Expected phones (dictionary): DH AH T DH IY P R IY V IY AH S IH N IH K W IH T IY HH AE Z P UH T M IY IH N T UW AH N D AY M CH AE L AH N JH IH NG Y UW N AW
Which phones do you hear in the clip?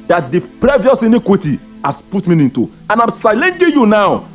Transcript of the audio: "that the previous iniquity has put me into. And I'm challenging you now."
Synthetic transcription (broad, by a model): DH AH T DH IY P R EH V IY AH S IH N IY K W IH T IY HH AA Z P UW T M IY IH N T UW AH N AY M S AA L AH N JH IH Y UW N AW